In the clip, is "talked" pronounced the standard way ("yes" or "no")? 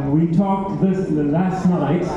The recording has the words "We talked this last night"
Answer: yes